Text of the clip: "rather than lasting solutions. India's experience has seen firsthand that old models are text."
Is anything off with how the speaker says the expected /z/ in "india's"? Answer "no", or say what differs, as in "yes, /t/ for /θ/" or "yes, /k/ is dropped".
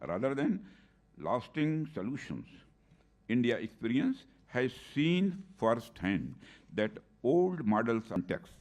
yes, /z/ is dropped